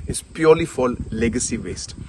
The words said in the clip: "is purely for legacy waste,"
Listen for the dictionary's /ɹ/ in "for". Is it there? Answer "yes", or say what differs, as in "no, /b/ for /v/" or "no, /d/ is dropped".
no, /l/ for /ɹ/